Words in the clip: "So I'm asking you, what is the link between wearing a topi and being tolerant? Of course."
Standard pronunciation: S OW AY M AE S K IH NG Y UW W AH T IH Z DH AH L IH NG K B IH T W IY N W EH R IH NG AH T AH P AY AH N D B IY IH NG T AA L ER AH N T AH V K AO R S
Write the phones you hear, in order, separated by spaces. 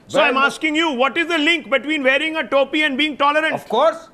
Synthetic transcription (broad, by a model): S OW AY M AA S K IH NG Y UW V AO T IH Z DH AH L IH NG K B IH T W IY N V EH R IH NG AH T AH P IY AH N D B IY IH NG T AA L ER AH T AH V K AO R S